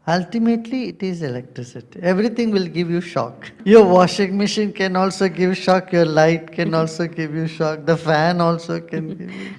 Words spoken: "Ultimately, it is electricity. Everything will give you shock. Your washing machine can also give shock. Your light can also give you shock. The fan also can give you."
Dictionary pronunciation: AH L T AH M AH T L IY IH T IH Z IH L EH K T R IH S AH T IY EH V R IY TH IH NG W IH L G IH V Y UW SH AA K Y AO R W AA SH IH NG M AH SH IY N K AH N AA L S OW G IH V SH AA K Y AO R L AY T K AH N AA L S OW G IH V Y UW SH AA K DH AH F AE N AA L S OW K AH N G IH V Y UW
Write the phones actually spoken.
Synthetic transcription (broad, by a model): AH L T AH M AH T L IY IH T IH Z IH L EH K T R IH S AH T IY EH V R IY T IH NG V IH L G IH V Y UW SH AA K Y AO R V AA SH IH NG M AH SH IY N K AH N AA L S OW G IH V SH AA K Y AO R L AY T K AH N AA L S OW G IH V Y UW SH AA K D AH F AE N AA L S OW K AH N G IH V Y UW